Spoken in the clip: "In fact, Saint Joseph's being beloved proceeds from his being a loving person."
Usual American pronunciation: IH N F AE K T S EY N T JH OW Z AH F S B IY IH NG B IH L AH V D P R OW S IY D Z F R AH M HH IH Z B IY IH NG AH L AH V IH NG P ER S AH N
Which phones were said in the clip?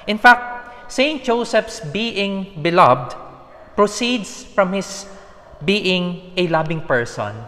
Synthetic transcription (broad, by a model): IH N F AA K T S EY N T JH OW S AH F S B IY IH NG B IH L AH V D P R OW S IY D S F R AH M HH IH S B IY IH NG AH L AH B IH NG P ER S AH N